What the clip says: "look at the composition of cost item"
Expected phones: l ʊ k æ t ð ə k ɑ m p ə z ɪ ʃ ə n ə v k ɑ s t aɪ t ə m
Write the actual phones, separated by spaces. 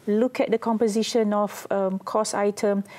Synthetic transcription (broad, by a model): l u k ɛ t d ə k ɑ m p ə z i ʃ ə n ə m k ɑ s aɪ t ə m